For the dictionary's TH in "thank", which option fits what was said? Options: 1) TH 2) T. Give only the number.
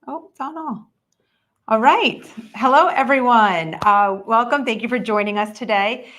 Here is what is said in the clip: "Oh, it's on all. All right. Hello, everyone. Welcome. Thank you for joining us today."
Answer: 1